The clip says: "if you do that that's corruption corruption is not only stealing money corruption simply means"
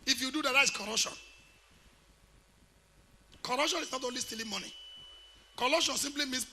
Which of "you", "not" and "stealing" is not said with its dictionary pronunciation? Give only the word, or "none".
none